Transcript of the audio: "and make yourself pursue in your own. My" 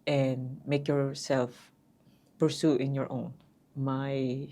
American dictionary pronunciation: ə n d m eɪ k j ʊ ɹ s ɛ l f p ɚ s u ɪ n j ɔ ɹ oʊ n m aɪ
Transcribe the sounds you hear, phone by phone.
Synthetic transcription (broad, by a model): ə n m eɪ k j ʊ ɹ s ɛ l f p ɚ s u ɪ n j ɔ ɹ oʊ n m aɪ